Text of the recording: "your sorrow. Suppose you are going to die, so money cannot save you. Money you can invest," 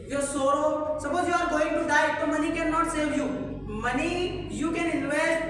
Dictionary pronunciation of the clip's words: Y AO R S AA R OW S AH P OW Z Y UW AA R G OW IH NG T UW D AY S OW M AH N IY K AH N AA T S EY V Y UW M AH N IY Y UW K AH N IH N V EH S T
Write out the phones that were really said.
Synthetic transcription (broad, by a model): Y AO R S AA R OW S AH B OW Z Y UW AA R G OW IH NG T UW D AY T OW M AH N IY K AH N AA T S EY V Y UW M AH N IY Y UW K AH N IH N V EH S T